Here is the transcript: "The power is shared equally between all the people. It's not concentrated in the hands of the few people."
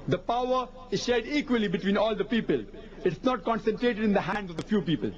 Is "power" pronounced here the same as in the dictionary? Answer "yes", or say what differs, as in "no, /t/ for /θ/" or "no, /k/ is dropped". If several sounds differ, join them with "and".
yes